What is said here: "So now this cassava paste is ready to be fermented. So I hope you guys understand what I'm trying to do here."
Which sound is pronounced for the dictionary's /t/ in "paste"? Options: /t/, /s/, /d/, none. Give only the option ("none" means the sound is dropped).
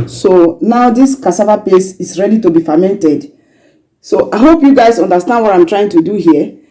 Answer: none